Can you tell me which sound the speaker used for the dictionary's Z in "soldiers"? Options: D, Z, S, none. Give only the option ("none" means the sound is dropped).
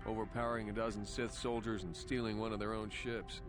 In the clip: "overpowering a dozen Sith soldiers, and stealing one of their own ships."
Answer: Z